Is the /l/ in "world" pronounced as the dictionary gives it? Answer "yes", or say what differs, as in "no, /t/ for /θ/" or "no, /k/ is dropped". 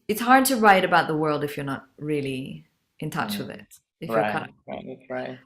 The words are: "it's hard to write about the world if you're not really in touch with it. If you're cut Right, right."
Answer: yes